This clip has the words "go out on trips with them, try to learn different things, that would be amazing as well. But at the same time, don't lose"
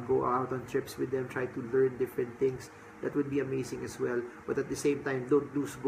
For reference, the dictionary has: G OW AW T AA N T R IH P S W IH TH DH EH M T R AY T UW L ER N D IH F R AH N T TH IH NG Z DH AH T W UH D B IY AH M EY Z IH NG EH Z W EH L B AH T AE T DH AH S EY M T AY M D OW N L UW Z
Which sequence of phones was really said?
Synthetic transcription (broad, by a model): G OW AW T AA N T R IH P S W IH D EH M T R AY T UW L ER N D IH F R AH N T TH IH NG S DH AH T W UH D B IY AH M EY S IH NG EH S W EH L B AH T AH T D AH S EY M T AY M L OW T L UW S